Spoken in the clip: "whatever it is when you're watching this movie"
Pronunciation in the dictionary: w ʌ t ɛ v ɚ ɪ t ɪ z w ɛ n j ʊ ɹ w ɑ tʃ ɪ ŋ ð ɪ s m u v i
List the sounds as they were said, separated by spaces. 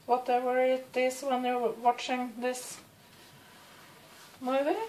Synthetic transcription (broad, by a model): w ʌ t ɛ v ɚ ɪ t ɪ s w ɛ n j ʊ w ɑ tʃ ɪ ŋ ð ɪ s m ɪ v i